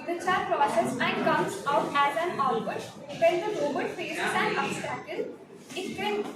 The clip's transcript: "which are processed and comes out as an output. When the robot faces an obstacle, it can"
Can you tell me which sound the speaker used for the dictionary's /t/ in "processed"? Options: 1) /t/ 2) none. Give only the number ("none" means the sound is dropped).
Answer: 2